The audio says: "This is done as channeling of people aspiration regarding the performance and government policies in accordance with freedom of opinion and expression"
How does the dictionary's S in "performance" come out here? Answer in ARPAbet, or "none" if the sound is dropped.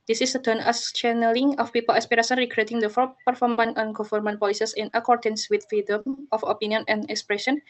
none